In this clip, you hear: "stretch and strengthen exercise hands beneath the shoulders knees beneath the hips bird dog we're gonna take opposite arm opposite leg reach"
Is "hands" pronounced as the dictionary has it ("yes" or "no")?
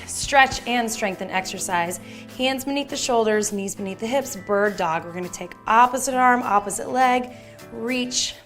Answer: yes